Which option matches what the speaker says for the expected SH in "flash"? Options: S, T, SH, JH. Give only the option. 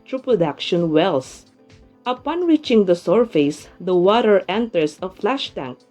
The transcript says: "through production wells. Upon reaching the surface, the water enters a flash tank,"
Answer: SH